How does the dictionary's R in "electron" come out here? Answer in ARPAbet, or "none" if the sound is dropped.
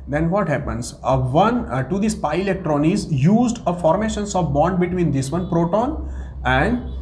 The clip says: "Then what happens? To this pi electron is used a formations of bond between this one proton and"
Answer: R